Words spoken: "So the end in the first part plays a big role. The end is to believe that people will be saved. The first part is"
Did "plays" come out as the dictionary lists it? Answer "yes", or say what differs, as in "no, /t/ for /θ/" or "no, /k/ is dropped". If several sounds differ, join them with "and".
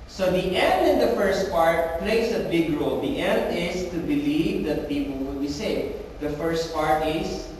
no, /s/ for /z/